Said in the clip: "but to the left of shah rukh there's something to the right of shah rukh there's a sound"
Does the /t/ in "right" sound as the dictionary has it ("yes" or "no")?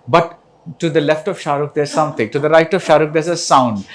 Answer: yes